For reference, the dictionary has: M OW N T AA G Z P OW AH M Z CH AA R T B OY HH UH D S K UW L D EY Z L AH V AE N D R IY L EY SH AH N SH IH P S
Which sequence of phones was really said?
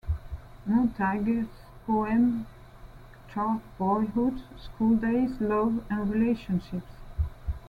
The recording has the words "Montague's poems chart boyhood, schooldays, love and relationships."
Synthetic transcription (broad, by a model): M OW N T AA G S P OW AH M CH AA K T B OY HH UH D S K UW L D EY S L AH V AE N R IY L EY SH AH N SH IH P S